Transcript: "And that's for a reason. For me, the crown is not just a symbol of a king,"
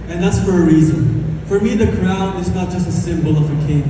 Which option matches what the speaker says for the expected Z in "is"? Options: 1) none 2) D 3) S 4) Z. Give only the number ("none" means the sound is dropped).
4